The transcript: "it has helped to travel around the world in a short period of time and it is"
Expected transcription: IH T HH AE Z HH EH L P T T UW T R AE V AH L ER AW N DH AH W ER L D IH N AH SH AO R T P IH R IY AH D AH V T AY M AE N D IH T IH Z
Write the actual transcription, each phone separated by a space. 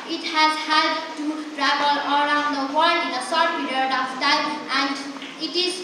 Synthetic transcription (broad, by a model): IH T HH AE Z HH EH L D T T UW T R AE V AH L ER AW N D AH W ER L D IH N AH S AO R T P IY R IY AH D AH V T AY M AE N D IH T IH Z